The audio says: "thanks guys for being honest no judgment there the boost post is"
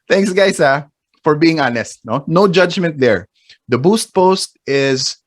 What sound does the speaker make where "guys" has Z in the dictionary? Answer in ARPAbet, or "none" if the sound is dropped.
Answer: S